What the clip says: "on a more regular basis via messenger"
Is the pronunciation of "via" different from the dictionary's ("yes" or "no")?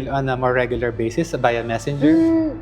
yes